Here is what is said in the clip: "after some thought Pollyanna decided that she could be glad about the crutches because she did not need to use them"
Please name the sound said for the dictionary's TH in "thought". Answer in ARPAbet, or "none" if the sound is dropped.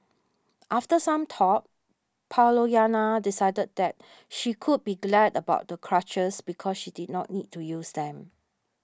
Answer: T